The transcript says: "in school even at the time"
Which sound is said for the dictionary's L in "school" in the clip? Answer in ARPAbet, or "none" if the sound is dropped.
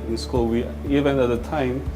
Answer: W